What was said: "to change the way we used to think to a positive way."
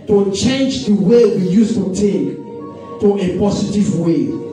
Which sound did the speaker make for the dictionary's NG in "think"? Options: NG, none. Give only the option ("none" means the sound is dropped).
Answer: none